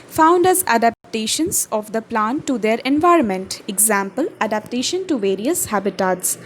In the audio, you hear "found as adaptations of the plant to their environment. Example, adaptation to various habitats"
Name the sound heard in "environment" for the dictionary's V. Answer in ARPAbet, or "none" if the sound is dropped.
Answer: V